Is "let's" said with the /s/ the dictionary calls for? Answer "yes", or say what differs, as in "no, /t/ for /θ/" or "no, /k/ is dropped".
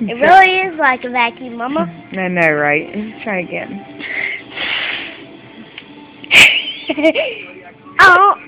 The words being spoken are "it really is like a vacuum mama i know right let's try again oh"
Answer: no, /s/ is dropped